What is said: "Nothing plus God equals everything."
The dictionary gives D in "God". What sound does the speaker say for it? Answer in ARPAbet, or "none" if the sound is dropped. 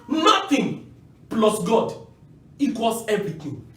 D